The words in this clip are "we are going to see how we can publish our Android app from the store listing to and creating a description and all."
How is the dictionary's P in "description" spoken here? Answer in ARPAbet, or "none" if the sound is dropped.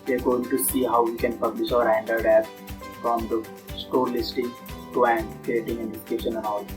none